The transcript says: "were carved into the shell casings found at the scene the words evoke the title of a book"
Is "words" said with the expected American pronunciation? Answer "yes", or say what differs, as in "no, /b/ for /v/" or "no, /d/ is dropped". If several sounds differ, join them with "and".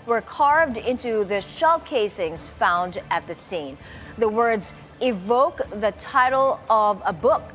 yes